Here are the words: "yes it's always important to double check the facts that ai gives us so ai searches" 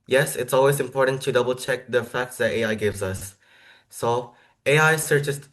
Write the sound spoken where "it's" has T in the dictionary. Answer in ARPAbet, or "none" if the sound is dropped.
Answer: T